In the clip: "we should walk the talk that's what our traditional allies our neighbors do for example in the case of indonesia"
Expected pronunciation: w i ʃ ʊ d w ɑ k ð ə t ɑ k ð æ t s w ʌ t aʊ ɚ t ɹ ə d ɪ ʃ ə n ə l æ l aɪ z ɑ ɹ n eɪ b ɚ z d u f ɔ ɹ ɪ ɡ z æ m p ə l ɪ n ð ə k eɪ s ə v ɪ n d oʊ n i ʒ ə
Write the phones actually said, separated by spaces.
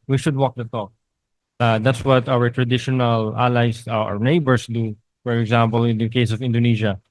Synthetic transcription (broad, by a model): w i ʃ ʊ d w ɑ k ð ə t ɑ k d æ t s w ʌ t aʊ ɚ t ɹ ə d ɪ ʃ ə n ə l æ l aɪ s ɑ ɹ n eɪ b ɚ s d u f ɔ ɹ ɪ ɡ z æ m p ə l ɪ n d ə k eɪ s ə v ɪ n d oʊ n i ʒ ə